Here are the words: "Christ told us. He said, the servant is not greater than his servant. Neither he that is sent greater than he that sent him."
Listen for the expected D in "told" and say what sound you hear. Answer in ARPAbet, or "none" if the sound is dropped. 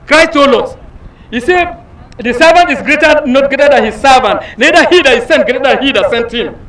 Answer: none